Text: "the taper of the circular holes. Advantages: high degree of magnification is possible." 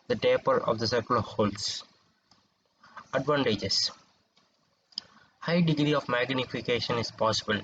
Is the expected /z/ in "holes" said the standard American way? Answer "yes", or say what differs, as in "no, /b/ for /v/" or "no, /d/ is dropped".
no, /s/ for /z/